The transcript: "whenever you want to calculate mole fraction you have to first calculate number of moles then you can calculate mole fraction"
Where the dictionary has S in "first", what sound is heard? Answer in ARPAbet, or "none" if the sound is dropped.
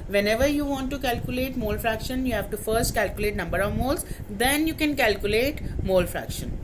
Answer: S